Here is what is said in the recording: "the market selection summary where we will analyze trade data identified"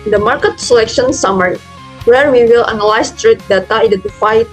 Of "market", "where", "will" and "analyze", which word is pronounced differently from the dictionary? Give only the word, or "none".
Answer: analyze